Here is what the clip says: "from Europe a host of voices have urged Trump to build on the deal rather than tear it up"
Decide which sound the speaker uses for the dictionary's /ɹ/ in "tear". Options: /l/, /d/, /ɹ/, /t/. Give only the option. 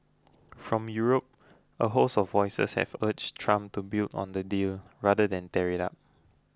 /ɹ/